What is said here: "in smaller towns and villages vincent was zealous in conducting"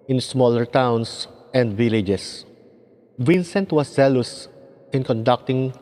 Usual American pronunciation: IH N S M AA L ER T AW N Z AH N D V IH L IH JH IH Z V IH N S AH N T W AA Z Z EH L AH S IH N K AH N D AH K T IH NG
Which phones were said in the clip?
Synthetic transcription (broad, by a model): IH N S M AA L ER T AW N S AH N D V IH L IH JH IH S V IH N S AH N T W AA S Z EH L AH S IH N K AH N D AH K T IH NG